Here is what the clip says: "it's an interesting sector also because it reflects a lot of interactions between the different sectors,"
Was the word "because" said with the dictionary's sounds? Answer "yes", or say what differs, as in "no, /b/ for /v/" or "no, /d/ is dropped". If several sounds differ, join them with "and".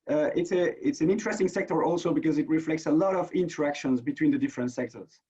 yes